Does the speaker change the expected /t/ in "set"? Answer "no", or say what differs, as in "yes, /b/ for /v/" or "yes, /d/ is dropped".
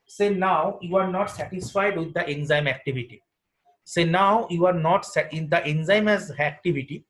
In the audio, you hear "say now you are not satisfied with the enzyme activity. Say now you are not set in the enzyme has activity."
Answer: yes, /t/ is dropped